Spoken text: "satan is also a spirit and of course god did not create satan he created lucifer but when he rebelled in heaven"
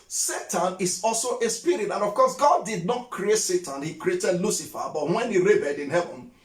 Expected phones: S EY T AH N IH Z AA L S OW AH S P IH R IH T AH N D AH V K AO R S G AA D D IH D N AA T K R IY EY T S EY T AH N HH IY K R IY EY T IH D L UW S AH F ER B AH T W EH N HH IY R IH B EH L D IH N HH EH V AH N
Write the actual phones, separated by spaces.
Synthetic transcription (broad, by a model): S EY T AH N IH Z AA L S OW AH S P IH R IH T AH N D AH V K AO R S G AA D D IH D N AA T K R IY EY T S EY T AH N HH IY K R IY EY T IH D L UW S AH F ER B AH T W EH N HH IY R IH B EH D IH N HH EH V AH N